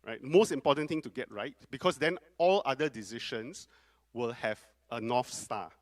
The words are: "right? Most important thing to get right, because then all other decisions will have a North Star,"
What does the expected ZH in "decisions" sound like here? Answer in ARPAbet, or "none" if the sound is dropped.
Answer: SH